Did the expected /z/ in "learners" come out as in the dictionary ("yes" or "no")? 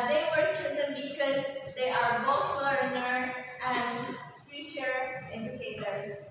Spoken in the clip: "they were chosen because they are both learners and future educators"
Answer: no